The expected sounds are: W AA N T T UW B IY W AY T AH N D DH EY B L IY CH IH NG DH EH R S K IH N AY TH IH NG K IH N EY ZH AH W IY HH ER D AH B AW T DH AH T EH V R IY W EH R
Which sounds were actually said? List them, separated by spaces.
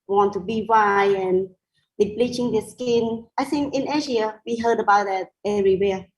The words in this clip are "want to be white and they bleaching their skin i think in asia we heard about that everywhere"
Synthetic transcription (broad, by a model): W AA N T T UW B IY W AY AH N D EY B L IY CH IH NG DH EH S K IH N AY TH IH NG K IH N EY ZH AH W IY HH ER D AH B AW T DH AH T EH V R IY W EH